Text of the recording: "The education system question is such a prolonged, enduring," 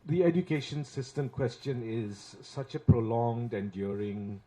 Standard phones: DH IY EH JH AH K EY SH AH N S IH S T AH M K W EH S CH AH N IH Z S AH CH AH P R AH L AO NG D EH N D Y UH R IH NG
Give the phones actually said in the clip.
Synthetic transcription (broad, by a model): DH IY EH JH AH K EY SH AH N S IH S T AH M K W EH S CH AH N IH Z S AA CH AH P R AH L AO NG D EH N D Y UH R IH NG